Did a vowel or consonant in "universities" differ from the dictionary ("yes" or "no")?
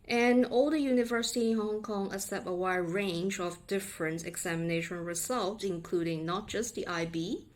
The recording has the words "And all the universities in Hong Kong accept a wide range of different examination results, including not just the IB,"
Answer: yes